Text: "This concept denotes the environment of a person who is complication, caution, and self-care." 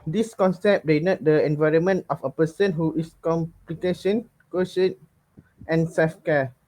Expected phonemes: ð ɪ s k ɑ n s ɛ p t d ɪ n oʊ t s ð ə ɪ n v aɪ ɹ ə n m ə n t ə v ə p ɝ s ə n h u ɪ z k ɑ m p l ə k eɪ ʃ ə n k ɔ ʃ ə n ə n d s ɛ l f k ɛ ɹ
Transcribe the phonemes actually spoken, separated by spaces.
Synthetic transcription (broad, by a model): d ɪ s k ɑ n s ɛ p d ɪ n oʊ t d ə ɪ n v aɪ ɹ ə n m ə n t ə f ə p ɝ s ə n h u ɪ s k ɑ m p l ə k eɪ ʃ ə n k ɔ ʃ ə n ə n s ɛ l f k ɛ